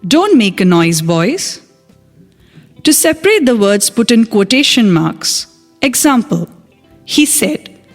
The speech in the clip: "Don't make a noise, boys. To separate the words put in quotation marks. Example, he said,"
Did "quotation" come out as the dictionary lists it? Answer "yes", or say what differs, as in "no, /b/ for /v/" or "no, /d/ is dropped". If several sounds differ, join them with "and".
yes